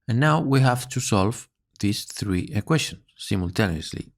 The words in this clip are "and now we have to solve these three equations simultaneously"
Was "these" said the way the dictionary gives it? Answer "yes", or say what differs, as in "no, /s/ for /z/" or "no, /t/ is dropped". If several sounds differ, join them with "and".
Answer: no, /s/ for /z/